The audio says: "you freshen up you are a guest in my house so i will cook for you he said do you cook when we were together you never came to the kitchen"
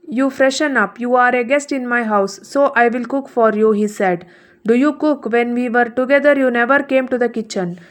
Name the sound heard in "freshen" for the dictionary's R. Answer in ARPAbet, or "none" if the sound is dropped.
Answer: R